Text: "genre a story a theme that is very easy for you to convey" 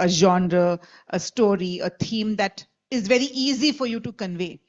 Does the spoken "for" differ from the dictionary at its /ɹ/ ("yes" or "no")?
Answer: no